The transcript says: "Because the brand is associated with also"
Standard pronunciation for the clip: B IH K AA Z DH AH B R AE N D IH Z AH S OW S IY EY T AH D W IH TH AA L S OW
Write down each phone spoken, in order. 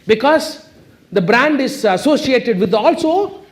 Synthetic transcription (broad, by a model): B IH K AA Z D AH B R AE N D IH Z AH S OW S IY EY T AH D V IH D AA L S OW